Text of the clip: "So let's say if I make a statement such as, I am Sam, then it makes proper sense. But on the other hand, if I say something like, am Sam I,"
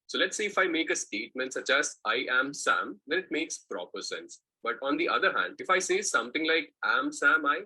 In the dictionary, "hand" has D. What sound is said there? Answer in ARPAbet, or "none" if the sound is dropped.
D